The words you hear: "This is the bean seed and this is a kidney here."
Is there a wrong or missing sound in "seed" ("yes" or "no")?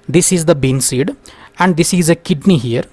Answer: no